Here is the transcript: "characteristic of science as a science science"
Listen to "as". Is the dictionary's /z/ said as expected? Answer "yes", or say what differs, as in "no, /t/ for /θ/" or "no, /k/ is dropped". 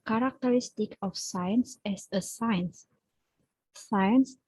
no, /s/ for /z/